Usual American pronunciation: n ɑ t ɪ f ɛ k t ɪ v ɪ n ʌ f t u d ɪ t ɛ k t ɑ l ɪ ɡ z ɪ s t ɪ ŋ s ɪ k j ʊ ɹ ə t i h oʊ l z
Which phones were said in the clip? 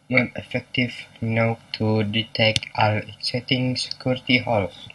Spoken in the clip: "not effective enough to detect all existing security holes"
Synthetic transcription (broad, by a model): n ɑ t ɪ f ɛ k t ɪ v n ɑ t u d ɪ t ɛ k t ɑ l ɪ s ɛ t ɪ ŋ s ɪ k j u ɹ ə t i h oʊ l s